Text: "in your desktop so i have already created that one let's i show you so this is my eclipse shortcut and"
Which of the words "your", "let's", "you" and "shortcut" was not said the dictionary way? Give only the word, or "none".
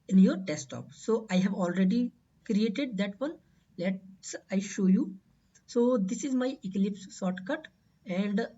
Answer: shortcut